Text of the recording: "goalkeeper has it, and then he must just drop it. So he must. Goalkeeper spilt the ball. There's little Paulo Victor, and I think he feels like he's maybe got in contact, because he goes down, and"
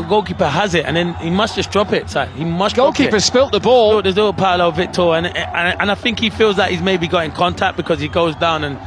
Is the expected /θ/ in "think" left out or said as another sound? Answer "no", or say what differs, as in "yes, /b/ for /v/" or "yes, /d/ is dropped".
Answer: no